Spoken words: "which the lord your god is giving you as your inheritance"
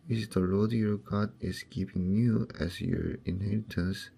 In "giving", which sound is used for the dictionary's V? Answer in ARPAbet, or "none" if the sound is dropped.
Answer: P